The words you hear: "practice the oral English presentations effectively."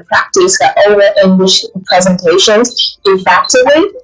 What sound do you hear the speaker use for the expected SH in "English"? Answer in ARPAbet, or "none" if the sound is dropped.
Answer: SH